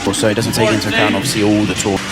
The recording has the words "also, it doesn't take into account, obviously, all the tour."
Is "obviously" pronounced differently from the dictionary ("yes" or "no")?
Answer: yes